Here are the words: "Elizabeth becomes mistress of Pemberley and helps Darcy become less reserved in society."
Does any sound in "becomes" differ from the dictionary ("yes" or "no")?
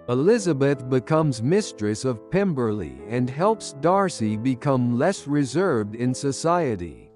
no